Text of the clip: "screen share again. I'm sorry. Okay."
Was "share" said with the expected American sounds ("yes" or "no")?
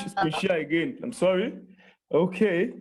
no